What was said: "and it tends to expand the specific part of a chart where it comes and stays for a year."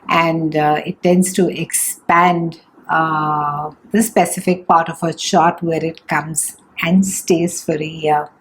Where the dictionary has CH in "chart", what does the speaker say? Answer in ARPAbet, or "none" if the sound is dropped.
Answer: SH